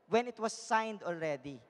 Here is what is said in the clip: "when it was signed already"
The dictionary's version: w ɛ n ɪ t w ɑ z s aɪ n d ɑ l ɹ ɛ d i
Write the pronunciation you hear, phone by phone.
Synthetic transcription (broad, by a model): w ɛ n ɪ t w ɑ s aɪ n d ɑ l ɹ ɛ d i